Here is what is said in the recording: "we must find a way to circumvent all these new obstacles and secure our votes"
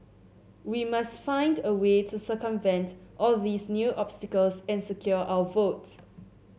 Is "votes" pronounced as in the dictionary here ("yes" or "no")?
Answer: yes